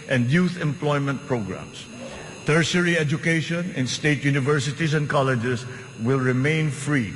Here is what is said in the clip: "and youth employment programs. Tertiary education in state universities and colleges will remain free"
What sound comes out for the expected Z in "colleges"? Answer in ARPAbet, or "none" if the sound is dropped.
S